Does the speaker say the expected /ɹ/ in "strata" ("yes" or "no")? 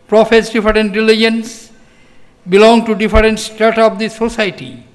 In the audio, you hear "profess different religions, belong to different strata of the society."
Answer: no